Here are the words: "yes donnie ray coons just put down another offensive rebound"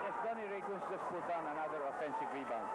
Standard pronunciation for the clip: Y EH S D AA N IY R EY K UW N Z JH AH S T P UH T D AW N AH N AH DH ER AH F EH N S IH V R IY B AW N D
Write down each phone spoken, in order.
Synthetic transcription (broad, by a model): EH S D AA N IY R EY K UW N S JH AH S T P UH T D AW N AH N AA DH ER AH F EH N S IH V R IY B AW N